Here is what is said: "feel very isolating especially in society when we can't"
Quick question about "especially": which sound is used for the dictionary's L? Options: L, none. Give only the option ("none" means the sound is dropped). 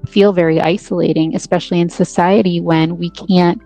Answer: L